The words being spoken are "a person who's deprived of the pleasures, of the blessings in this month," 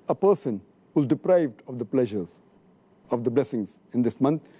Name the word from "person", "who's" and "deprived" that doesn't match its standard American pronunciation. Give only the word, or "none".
none